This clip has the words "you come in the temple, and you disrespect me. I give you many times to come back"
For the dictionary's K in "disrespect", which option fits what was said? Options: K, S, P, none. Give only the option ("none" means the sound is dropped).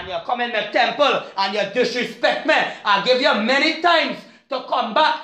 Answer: K